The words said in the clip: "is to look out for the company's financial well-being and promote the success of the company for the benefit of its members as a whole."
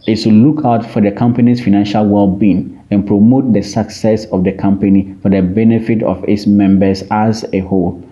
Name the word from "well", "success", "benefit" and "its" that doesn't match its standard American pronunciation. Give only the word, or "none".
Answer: none